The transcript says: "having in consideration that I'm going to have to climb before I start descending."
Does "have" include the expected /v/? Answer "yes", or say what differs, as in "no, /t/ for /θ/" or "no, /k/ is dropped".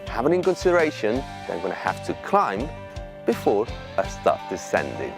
no, /f/ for /v/